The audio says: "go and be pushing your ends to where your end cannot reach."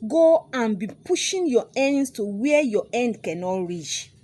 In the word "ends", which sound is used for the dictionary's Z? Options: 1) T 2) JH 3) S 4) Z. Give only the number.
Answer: 3